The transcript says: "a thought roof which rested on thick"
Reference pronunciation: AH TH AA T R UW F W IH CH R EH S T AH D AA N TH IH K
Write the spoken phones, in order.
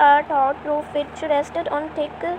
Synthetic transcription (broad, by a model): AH T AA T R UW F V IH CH R EH S T AH D AA N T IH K